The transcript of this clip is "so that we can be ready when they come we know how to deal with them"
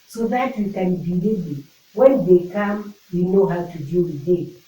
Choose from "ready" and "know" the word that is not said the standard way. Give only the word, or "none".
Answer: ready